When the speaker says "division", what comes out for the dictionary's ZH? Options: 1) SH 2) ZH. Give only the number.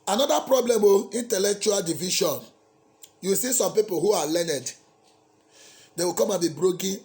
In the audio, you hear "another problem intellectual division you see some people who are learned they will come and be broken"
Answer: 1